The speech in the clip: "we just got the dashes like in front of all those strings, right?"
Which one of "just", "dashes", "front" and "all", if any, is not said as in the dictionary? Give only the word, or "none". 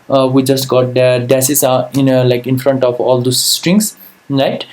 dashes